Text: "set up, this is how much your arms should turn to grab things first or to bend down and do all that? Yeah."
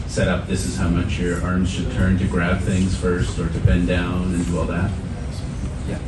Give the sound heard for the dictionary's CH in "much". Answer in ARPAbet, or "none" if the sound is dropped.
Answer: CH